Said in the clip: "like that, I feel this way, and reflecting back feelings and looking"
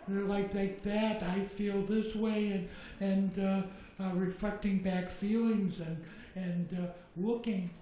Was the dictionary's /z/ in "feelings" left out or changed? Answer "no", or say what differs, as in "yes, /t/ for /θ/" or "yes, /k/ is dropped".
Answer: no